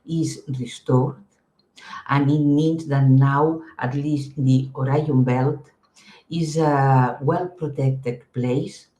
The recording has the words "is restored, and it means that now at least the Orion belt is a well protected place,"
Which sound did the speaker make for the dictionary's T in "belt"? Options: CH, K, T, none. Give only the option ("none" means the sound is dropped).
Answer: T